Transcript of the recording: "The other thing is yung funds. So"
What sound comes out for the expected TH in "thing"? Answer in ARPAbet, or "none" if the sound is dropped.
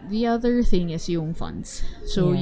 TH